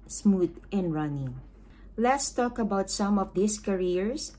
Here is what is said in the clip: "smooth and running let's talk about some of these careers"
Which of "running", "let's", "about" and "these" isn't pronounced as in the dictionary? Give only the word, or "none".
these